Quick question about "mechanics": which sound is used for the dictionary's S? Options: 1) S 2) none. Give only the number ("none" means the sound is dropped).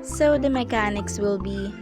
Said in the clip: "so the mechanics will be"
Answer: 1